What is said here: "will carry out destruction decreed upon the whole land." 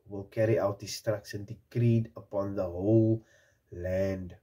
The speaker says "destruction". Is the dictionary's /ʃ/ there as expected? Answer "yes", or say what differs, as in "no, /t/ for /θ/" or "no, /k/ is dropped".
no, /s/ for /ʃ/